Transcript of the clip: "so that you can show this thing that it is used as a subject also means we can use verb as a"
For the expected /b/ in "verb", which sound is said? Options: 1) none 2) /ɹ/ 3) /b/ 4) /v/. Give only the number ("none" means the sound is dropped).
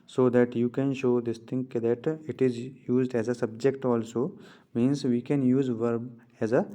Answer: 3